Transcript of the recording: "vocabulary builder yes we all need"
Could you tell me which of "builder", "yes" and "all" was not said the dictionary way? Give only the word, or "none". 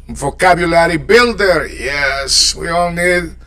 none